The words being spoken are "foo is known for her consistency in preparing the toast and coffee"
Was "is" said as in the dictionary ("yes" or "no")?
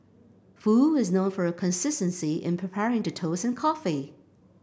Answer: yes